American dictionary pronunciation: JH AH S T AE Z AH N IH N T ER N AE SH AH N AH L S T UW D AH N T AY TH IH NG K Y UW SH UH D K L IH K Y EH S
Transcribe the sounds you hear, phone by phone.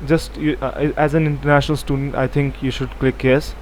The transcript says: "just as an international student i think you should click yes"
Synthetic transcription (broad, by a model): JH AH S T AE Z AH N IH N T ER N AE SH AH N AH L S T UW D AH N T AY T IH NG K Y UW SH UH D K L IH K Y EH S